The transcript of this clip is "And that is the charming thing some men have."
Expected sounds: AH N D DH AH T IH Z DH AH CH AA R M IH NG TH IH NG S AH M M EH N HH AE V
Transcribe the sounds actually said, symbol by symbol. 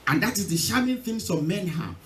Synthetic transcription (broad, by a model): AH N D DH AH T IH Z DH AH SH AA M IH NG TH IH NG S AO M M EH N HH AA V